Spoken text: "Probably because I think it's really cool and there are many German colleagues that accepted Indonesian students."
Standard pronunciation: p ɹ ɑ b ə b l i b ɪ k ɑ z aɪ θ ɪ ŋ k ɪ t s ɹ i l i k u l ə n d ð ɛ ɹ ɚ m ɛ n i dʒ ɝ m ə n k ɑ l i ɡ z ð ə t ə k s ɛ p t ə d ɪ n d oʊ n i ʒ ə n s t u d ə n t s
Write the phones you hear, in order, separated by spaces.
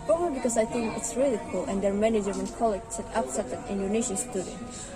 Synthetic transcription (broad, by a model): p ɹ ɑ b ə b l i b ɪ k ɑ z aɪ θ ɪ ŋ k ɪ t s ɹ i l i k u l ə n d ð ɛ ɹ m ɛ n i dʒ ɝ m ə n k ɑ l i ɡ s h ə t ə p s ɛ t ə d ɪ n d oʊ n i ʃ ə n s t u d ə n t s